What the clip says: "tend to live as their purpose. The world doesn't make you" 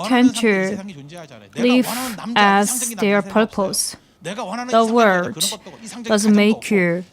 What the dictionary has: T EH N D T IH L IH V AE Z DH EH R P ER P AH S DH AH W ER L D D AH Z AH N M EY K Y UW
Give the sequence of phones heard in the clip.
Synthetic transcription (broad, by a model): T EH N T IH L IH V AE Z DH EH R P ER P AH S DH AH W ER D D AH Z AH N M EY K Y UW